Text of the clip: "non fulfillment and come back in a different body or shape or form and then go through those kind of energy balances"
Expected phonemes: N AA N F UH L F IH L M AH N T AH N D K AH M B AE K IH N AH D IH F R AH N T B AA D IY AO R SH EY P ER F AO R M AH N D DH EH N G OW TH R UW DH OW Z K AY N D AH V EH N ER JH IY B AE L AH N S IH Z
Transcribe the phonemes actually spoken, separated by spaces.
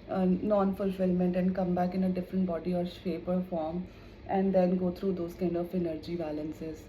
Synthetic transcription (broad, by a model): N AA N F UH L F IH L M AH N T AH N D K AH M B AE K IH N AH D IH F R AH N T B AA D IY AO R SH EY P ER F AO R M AH N D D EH N G OW T R UW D OW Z K AY N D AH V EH N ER JH IY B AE L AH N S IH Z